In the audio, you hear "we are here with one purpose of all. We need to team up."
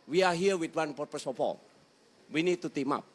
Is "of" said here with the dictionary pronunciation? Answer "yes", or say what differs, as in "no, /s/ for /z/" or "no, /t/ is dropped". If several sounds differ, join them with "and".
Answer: no, /p/ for /v/